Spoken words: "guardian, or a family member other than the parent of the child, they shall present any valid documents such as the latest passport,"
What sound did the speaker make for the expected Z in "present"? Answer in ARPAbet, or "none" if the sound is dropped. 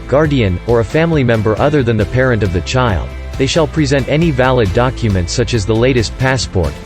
Z